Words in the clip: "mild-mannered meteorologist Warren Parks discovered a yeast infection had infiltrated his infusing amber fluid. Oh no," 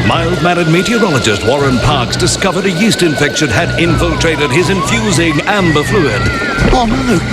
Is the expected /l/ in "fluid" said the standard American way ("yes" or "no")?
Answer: yes